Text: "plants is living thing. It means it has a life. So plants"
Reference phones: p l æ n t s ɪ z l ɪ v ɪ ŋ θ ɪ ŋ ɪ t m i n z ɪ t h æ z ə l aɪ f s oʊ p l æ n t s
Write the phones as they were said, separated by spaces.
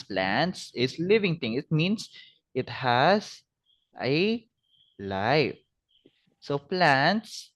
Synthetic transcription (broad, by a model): p l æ n t s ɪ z l ɪ v ɪ ŋ t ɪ ŋ ɪ t m i n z ɪ t h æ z ə l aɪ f s oʊ p l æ n t s